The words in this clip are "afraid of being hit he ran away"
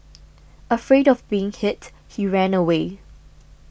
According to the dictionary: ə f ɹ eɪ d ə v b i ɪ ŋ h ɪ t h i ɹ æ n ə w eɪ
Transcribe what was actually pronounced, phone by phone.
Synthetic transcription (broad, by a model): ə f ɹ eɪ d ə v b i ɪ ŋ h ɪ t h i ɹ æ n ə w eɪ